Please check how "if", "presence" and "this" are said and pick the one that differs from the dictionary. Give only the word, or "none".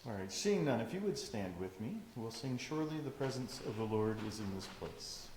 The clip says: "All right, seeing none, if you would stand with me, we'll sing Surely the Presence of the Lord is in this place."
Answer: none